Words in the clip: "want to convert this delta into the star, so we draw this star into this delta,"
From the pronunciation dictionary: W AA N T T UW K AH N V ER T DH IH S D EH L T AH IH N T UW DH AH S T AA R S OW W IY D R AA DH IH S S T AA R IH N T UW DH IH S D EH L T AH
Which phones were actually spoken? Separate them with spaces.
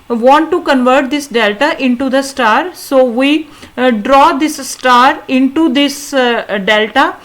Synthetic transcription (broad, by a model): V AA N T T UW K AH N V ER T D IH S D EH L T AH IH N T UW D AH S T AA R S OW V IY D R AA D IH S S T AA R IH N T UW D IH S D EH L T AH